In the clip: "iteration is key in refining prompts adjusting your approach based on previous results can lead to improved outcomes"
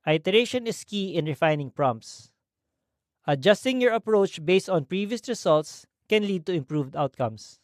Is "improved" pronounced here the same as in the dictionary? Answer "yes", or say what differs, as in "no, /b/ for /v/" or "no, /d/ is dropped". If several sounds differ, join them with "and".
yes